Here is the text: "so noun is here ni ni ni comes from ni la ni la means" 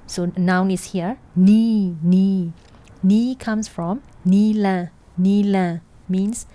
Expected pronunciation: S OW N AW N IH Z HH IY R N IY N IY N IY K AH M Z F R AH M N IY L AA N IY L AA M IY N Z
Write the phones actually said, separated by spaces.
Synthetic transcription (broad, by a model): S OW N AW N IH S HH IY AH N IY N IY N IY K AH M S F R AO M N IY L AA N IY L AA M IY N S